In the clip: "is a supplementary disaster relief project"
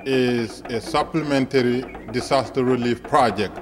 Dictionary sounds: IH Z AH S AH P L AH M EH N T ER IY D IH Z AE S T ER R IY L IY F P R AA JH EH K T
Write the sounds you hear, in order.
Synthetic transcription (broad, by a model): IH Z AH S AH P L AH M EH N T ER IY D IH S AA S T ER R IY L IY F P R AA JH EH K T